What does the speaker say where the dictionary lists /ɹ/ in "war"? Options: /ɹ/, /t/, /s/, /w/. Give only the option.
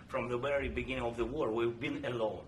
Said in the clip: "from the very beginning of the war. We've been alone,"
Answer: /ɹ/